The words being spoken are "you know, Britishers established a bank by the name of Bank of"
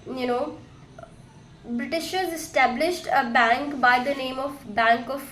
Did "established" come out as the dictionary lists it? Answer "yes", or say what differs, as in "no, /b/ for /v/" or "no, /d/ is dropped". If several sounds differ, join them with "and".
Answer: yes